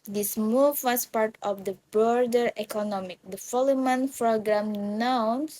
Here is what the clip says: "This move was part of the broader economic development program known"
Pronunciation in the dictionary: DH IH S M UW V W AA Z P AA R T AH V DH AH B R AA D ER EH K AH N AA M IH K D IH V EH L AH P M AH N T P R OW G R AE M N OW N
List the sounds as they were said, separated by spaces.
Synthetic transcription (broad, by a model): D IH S M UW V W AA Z P AA R T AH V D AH B R D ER EH K AH N AA M IH K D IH F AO L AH M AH N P R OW G R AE M N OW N